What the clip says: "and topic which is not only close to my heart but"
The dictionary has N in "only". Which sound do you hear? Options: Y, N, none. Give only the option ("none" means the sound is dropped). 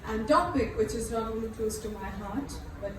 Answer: none